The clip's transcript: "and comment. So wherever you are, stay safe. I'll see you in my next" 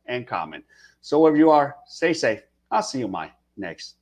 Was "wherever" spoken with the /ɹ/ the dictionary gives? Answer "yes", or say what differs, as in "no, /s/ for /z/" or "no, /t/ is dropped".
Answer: no, /w/ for /ɹ/